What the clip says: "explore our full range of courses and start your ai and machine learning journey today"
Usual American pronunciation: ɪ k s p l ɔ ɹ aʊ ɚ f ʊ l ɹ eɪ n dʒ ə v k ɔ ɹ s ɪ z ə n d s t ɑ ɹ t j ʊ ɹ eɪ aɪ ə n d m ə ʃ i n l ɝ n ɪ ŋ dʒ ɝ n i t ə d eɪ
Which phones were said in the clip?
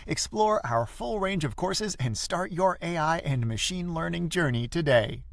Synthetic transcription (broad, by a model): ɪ k s p l ɔ ɹ aʊ ɚ f ʊ l ɹ eɪ n dʒ ə v k ɔ ɹ s ɪ z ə n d s t ɑ ɹ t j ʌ ɹ eɪ aɪ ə n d m ə ʃ i n l ɝ n ɪ ŋ dʒ ɝ n i t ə d eɪ